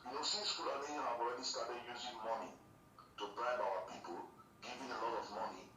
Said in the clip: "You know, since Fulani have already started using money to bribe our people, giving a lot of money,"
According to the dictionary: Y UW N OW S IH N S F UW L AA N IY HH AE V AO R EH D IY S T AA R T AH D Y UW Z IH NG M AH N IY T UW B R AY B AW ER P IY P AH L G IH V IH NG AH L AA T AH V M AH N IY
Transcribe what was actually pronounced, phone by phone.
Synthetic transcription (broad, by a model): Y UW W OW S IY S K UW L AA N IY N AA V AO R EH D IY S T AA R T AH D Y UW Z IH NG M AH N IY T UW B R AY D AW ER P IY P AH L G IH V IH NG AH L AA T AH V M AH N IY